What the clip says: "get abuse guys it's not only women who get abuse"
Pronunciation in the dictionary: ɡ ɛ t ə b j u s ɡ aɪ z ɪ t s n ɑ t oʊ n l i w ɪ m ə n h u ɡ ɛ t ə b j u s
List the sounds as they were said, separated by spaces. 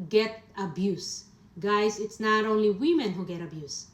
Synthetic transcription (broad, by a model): ɡ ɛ t ə b j u s ɡ aɪ s ɪ t s n ɑ t oʊ n l i w ɪ m ə n h u ɡ ɛ t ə b j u s